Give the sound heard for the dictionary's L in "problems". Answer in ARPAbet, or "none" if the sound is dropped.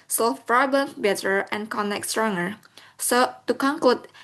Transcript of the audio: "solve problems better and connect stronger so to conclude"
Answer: none